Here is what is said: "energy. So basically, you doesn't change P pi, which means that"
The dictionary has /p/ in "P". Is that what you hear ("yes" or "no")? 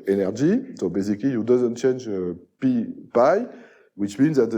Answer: yes